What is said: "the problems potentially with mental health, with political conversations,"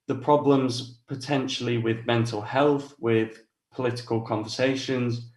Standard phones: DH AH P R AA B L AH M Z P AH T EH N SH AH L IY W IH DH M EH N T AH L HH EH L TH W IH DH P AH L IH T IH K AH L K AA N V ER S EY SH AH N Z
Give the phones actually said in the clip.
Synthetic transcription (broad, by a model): DH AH P R AA B L AH M Z P AH T EH N SH AH L IY W IH DH M EH N T AH L HH EH L TH W IH DH P AH L IH T IH K AH L K AA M V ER S EY SH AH N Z